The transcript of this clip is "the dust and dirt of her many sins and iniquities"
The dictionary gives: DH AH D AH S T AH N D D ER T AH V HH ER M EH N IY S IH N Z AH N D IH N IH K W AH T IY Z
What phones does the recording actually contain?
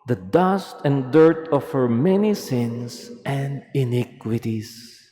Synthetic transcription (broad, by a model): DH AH D AH S T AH N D D ER T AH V HH ER M EH N IY S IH N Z AH N D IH N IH K W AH T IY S